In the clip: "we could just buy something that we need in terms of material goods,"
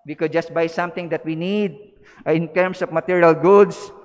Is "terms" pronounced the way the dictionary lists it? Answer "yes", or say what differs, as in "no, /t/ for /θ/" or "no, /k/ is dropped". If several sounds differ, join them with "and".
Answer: no, /s/ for /z/